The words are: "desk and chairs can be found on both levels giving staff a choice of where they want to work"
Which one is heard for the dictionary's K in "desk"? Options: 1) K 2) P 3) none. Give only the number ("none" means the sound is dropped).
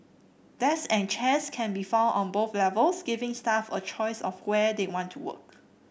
3